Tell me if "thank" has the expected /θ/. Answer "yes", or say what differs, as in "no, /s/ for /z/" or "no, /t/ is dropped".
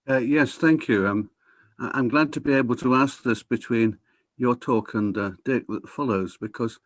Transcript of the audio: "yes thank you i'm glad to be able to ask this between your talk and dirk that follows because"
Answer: yes